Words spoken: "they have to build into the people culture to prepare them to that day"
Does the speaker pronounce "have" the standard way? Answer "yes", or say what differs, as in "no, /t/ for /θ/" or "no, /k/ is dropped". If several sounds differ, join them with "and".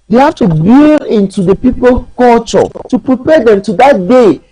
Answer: no, /f/ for /v/